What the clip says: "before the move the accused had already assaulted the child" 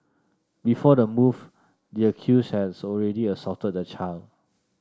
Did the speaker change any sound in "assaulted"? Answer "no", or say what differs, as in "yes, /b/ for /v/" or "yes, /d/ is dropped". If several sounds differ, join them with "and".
yes, /l/ is dropped